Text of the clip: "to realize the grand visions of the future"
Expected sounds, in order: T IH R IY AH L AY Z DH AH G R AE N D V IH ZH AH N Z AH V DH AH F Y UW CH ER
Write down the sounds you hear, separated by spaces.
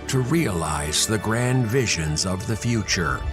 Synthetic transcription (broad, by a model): T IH R IY AH L AY Z DH AH G R AE N D V IH ZH AH N Z AH V DH AH F Y UW CH ER